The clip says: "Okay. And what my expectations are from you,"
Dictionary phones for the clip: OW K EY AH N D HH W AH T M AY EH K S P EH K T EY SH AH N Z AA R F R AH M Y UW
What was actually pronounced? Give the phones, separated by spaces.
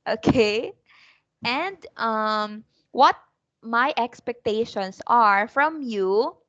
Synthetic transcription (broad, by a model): OW K EY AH N D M W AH T M AY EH K S P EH K T EY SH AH N S AA R F R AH M Y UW